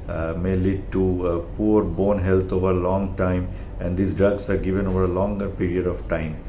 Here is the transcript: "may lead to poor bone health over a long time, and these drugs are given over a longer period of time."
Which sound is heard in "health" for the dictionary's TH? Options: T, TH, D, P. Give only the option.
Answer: T